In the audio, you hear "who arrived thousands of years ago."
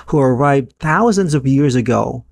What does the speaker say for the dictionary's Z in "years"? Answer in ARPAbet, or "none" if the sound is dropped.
Z